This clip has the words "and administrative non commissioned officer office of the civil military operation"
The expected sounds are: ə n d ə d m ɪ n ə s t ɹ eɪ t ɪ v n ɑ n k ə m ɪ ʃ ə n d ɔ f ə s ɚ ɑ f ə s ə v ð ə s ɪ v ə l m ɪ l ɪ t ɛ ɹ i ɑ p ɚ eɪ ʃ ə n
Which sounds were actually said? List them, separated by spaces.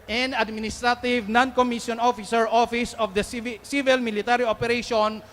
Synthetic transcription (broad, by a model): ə n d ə d m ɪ n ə s t ɹ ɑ t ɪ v n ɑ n k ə m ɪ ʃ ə n ɔ f ə s ɚ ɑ f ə s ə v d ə s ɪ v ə l m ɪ l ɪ t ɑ ɹ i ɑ p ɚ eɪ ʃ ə n